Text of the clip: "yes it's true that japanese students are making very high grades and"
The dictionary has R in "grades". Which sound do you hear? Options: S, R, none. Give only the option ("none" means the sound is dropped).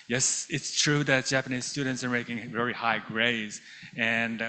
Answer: R